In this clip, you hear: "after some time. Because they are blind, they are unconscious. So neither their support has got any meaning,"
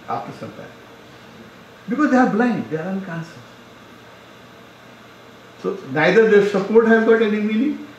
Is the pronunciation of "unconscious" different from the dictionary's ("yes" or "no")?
yes